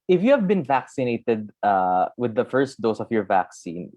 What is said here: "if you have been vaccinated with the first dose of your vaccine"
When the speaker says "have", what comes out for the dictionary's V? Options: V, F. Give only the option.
V